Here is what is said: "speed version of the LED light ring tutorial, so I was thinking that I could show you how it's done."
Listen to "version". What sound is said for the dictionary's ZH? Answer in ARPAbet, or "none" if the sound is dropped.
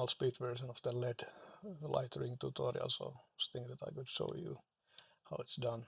S